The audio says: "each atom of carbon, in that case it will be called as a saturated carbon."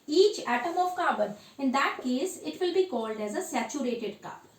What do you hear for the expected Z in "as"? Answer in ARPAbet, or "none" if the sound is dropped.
Z